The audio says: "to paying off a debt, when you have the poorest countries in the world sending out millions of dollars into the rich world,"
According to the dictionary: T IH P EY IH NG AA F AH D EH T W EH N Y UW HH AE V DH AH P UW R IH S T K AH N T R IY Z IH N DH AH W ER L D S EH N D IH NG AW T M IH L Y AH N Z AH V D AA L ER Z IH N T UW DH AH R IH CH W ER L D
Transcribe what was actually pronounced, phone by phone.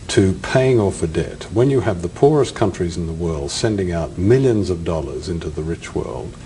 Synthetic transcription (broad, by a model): T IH P EY IH NG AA F AH D EH T W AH N Y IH V DH AH P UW R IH S K AH N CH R IY Z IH N DH AH W ER L D S EH N D IH NG AW T M IH L Y AH N Z AH V D AA L ER Z IH N T UW DH AH R IH CH W ER L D